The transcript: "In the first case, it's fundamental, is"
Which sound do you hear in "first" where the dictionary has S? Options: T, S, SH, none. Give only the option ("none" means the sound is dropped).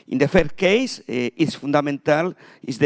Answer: none